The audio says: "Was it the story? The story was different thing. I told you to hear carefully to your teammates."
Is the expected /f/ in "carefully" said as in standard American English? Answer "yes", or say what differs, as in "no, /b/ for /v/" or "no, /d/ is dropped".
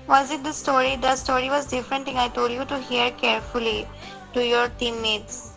yes